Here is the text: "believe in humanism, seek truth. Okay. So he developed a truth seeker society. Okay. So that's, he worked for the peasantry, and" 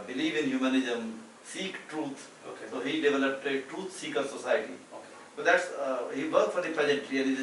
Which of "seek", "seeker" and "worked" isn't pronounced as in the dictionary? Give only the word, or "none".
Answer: worked